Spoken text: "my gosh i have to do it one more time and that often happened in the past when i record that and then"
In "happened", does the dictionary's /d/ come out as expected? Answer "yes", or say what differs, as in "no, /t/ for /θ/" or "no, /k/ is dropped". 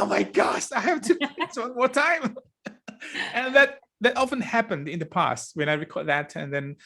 yes